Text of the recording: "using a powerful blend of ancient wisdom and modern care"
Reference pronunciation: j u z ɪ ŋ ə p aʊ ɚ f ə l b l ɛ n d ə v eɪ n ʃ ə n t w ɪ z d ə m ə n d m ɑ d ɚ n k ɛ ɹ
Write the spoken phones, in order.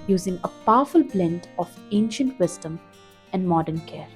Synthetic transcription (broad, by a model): j u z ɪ ŋ ə p aʊ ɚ f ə l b l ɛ n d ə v eɪ n ʃ ə n t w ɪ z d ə m ə n d m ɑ d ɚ n k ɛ ɹ